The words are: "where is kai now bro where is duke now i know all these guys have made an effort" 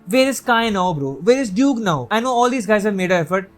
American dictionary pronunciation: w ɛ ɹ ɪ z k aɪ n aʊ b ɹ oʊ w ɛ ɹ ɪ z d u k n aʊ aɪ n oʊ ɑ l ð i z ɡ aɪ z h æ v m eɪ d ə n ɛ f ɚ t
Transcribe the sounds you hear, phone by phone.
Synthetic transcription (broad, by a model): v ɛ ɹ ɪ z k aɪ n aʊ b ɹ oʊ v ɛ ɹ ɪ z d u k n aʊ aɪ n oʊ ɑ l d i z ɡ aɪ z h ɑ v m eɪ d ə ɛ f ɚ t